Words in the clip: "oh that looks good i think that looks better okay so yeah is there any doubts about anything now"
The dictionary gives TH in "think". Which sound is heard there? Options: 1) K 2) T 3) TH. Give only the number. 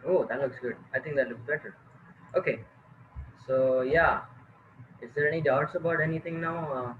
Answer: 2